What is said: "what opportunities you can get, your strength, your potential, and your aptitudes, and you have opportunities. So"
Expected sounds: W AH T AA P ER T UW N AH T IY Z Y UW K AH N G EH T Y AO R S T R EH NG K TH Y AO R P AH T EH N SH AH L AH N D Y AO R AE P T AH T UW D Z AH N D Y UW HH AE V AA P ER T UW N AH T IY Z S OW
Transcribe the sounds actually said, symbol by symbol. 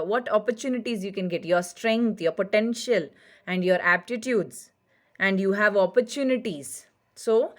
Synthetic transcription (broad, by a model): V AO T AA P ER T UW N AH T IY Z Y UW K AH N G EH T Y AO R S T R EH NG K T Y AO R P AH T EH N SH AH L AH N D Y AO R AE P T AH T UW D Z AH N D Y UW HH AE V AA P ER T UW N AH T IY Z S OW